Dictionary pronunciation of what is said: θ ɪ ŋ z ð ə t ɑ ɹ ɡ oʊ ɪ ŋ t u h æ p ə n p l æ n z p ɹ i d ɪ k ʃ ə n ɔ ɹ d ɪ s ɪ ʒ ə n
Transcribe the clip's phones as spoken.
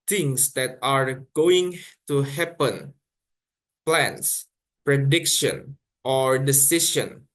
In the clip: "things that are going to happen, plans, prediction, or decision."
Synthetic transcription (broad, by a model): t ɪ ŋ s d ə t ɑ ɹ ɡ oʊ ɪ ŋ t u h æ p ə n p l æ n s p ɹ i d ɪ k ʃ ə n ɔ ɹ d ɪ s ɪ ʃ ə n